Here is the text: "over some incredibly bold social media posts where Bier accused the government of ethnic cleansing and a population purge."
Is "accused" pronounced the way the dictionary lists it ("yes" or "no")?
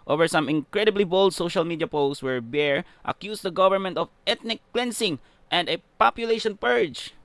no